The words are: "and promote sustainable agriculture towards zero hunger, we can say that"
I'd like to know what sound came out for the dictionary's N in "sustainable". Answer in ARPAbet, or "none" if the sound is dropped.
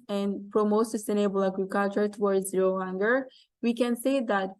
none